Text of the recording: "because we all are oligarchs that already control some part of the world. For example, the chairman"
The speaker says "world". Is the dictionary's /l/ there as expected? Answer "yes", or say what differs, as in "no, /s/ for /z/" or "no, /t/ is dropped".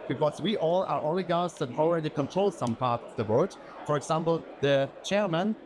no, /l/ is dropped